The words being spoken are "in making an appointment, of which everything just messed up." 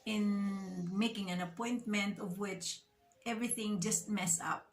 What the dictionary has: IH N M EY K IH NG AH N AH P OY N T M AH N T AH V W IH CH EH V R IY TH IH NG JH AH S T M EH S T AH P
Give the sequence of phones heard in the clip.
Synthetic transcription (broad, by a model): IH N M EY K IH NG AH N AH P OY N T M AH N T AH V W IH CH EH V R IY TH IH NG JH AH S T M EH S AH P